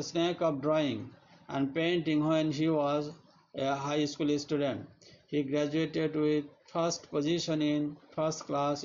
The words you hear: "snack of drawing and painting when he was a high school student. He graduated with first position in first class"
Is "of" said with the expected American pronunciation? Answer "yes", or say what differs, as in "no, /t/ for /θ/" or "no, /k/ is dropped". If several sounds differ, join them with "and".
no, /p/ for /v/